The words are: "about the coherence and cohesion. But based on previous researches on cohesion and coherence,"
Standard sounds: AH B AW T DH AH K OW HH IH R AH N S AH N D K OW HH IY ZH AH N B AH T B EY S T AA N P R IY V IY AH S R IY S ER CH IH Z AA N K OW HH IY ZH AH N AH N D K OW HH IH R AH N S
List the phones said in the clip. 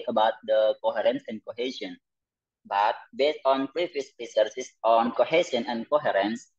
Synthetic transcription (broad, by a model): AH B AW T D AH K OW HH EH R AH N S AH N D K OW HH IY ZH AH N B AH T B EY S T AA N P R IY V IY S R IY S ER S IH S AA N K OW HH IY S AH N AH N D K OW HH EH R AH N S